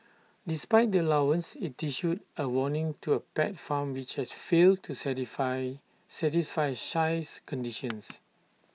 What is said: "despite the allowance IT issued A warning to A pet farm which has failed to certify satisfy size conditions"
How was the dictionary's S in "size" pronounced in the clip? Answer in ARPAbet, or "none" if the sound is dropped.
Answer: SH